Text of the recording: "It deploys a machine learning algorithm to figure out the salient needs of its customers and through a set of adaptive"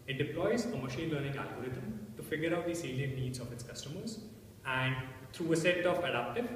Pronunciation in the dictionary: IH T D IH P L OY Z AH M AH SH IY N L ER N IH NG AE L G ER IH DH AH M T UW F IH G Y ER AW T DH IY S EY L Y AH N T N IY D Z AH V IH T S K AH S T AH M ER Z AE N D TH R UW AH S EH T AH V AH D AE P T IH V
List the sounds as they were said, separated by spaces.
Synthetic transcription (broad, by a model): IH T D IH P L OY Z AH M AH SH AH L L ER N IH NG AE L G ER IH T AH M T UW F IH G Y ER AW T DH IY S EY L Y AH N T N IY D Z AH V IH T S K AH S T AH M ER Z AE N D T R UW AH S EH T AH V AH D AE P T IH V